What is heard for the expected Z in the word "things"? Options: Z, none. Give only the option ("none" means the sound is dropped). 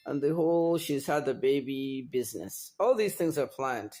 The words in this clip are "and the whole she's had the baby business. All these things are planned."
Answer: Z